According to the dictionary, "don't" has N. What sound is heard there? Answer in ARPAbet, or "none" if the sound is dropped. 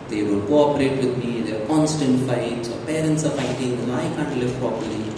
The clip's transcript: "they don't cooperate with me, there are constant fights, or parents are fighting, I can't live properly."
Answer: L